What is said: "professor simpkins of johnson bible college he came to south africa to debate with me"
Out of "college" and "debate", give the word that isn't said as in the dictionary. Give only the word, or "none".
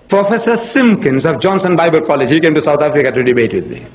none